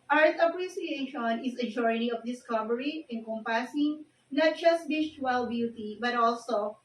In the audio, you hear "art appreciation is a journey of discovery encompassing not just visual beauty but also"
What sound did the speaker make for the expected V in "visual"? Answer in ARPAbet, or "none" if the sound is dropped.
B